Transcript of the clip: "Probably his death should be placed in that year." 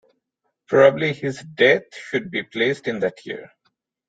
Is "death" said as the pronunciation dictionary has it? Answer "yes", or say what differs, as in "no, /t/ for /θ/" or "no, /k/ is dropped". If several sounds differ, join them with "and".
no, /t/ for /θ/